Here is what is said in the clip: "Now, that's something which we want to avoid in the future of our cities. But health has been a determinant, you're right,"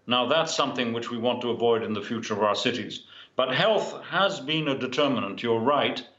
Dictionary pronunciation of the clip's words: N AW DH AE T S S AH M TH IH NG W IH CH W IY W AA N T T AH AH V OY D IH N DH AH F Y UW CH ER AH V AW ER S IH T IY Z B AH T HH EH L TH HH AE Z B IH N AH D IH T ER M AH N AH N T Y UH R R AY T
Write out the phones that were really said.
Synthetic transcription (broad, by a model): N AW DH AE T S S AH M TH IH NG W IH CH W IY W AA N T T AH AH V OY D IH N DH AH F Y UW CH ER AH V AW ER S IH T IY Z B AH T HH EH L TH HH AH Z B IH N AH D IH T ER M AH N AH N T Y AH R R AY T